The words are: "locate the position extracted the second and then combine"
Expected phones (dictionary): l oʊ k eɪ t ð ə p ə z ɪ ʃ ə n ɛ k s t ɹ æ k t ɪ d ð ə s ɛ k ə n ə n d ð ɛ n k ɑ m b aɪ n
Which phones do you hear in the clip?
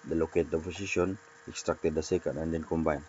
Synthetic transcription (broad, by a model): l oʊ k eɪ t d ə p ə s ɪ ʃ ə n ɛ k s t ɹ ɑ k t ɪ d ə s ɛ k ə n ə n d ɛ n k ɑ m b aɪ n